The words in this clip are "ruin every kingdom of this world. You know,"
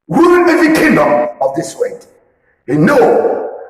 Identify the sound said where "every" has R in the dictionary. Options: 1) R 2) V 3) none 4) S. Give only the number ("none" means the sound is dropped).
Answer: 3